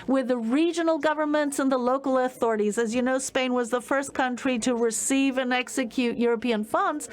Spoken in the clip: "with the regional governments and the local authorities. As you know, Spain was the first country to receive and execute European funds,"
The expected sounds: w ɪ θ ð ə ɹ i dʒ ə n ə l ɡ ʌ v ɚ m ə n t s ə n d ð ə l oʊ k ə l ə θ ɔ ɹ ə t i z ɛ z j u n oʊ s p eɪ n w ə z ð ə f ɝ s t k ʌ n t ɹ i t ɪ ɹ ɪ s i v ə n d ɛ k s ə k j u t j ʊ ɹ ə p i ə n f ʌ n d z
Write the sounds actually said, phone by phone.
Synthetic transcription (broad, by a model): w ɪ ð ə ɹ i dʒ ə n l ɡ ʌ v ɚ m ə n t s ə n ð ə l oʊ k l ə θ ɔ ɹ ə t i z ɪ z j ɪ n oʊ s p eɪ n w ə z ð ə f ɝ s k ʌ n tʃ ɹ i t ɪ ɹ ɪ s i v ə n ɛ k s ə k j u t j ʊ ɹ ə p i ə n f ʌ n d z